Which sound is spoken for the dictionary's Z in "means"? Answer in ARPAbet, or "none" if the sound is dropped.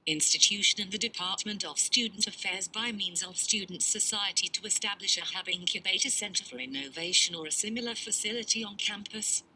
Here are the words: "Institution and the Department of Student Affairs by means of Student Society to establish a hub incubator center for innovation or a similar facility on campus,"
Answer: Z